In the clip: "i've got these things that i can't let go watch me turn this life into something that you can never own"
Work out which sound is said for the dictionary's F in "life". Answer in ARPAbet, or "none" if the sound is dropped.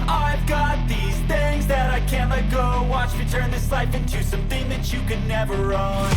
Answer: F